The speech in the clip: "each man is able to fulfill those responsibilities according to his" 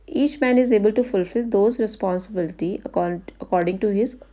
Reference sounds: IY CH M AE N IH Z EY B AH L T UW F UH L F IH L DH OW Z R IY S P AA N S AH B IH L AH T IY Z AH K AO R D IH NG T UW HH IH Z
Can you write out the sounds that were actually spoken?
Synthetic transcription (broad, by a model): IY CH M AE N IH Z EY B AH L T UW F UH L F IH L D OW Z R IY S P AA N S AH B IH L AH T IY AH K AO R D IH NG T UW HH IH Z